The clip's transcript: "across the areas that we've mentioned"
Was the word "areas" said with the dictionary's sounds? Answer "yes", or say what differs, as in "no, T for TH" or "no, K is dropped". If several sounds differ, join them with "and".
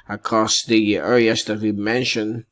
no, L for R and S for Z